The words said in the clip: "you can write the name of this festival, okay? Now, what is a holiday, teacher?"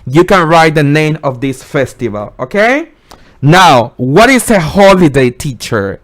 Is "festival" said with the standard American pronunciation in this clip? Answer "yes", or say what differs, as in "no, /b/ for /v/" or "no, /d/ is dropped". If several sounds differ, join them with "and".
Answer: yes